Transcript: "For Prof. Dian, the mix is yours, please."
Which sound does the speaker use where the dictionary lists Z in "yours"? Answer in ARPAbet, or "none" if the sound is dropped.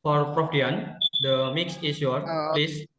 none